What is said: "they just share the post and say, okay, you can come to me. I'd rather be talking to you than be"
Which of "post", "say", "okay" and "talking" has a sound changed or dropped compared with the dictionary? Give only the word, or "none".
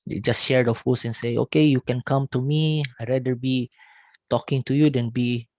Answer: post